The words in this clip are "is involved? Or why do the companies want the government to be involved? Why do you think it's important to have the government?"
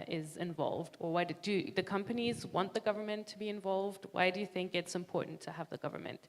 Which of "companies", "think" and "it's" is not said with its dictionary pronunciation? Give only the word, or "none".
none